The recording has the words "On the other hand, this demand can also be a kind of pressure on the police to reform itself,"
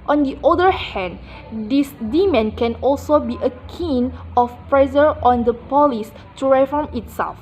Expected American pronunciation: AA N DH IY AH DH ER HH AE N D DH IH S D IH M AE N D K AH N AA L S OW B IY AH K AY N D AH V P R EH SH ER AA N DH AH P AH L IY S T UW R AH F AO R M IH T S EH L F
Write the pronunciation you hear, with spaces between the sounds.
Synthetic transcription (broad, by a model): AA N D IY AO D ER HH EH N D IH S D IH M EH N K AH N AA L S OW B IY AH K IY N AH F P R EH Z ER AA N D AH P AH L IY S T UW R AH F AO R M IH T S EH L F